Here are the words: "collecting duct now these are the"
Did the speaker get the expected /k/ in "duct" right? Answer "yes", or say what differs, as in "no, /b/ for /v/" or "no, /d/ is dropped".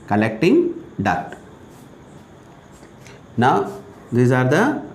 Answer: no, /k/ is dropped